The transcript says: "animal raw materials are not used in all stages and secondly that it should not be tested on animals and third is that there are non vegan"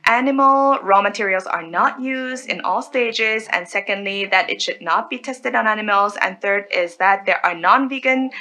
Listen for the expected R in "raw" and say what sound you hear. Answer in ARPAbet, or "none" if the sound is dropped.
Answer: R